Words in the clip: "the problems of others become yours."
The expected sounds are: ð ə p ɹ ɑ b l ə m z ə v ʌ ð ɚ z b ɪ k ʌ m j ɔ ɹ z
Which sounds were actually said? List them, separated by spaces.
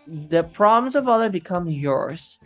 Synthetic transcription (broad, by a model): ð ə p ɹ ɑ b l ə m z ə v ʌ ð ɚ b ɪ k ʌ m j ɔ ɹ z